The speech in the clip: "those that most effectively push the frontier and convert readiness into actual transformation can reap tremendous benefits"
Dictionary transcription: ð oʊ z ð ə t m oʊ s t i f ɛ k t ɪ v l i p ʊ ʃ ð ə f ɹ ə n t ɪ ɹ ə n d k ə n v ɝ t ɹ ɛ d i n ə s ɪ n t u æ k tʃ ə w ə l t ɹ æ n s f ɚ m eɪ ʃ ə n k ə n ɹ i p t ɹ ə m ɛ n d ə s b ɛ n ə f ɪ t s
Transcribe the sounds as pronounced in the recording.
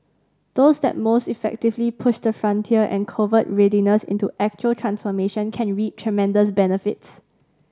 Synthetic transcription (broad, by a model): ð oʊ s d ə t m oʊ s t i f ɛ k t ɪ v l i p ʊ ʃ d ə f ɹ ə n t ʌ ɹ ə n k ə v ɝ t ɹ ɛ d i n ə s ɪ n t u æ k tʃ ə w ə l t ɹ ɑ n s f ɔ m eɪ ʃ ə n k ə n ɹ i t ɹ ə m ɛ n d ə s b ɛ n ə f ɪ t s